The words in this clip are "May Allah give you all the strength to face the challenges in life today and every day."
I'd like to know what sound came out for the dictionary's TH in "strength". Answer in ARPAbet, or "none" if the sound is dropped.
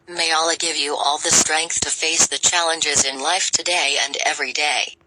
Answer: TH